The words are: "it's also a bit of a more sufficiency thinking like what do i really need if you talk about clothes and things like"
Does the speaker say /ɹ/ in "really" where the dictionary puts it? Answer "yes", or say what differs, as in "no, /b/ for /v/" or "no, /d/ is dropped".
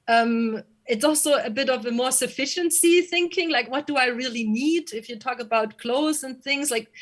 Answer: yes